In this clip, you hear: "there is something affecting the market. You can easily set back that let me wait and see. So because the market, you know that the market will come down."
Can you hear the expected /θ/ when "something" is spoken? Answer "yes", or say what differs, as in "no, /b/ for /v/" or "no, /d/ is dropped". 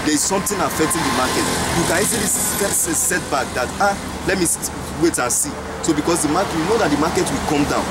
no, /t/ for /θ/